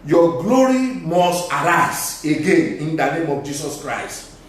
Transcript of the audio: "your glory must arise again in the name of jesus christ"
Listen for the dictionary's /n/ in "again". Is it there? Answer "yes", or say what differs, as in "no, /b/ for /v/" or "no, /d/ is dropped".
yes